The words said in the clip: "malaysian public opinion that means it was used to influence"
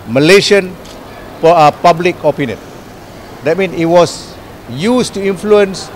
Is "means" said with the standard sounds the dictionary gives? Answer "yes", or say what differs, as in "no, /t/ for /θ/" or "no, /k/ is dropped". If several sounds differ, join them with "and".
no, /z/ is dropped